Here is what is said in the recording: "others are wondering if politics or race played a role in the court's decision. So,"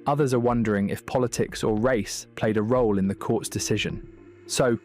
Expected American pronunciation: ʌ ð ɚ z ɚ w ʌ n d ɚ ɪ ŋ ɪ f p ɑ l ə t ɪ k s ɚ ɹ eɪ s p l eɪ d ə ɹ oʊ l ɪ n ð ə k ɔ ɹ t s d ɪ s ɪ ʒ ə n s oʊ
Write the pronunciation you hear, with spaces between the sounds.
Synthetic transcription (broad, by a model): ʌ ð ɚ z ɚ w ʌ n d ɚ ɪ ŋ ɪ f p ɑ l ə t ɪ k s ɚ ɹ eɪ s p l eɪ d ə ɹ oʊ l ɪ n ð ə k ɔ t s d ɪ s ɪ ʒ ə n s oʊ